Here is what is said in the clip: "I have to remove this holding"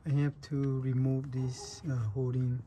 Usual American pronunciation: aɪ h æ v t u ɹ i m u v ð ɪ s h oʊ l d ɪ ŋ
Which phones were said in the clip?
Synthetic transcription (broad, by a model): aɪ h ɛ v t u ɹ i m u v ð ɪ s h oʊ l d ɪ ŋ